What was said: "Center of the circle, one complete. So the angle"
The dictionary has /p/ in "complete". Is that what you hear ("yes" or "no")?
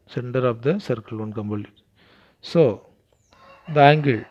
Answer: no